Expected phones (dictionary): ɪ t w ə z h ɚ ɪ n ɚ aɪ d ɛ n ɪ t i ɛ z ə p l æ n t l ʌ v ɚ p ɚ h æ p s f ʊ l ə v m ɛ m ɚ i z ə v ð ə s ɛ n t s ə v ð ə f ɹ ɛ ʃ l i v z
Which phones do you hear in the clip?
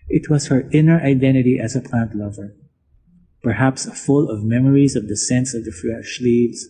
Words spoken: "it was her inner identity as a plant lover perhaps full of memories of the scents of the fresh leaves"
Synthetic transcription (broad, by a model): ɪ t w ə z h ɚ ɪ n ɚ aɪ d ɛ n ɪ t i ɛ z ə p l æ n t l ʌ v ɚ p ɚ h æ p s f ʊ l ə v m ɛ m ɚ i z ə v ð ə s ɛ n s ə v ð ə f ɹ ɛ ʃ l i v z